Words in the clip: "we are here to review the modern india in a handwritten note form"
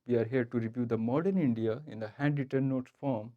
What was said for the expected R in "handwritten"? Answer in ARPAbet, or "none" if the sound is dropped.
none